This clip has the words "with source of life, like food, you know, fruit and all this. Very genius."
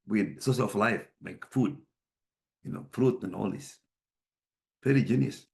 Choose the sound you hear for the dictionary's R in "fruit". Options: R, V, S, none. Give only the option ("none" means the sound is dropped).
R